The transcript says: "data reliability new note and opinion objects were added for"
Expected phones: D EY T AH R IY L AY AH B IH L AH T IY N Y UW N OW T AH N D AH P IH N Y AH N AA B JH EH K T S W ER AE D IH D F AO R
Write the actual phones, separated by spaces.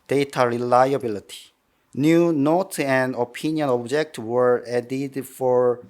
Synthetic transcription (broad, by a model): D EY T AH R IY L AY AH B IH L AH T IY N Y UW N OW T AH N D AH P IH N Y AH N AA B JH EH K T W ER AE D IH D F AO R